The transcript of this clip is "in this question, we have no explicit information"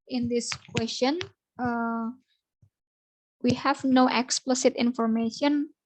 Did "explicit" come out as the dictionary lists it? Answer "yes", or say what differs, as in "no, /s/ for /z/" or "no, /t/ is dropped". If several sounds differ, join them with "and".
yes